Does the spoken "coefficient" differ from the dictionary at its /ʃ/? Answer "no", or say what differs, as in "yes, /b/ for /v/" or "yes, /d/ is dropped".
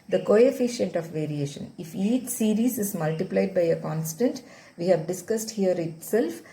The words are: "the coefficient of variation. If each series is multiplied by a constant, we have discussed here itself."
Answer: no